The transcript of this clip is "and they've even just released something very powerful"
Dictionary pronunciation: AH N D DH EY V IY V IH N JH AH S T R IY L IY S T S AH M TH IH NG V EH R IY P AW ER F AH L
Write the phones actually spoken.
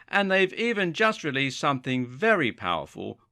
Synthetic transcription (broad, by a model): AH N DH EY V IY V IH N JH AH S T R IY L IY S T S AH M TH IH NG V EH R IY P AW ER F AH L